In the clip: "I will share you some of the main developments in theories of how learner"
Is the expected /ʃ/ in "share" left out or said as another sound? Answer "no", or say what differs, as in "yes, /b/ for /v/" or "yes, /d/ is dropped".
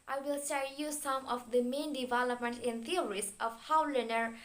yes, /s/ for /ʃ/